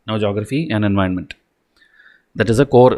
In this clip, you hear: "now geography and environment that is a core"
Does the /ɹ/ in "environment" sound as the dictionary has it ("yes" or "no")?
no